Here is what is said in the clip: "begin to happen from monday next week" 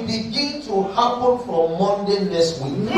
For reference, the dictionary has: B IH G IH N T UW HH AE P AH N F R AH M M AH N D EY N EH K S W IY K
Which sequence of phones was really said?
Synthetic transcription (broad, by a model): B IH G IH N T UW HH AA P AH N F R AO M M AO N D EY N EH S W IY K